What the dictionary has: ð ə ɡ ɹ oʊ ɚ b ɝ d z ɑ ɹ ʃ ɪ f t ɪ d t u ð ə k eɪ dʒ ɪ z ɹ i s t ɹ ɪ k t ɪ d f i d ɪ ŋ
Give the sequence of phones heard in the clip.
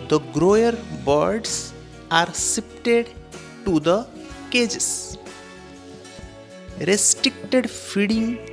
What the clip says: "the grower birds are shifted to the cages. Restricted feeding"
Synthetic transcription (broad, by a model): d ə ɡ ɹ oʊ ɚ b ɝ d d ɑ ɹ s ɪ p t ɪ d t u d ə k eɪ dʒ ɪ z ɹ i s t ɹ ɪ k t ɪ d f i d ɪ ŋ